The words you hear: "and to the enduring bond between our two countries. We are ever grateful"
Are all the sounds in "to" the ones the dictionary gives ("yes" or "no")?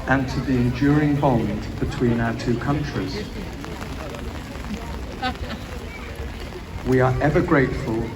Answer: yes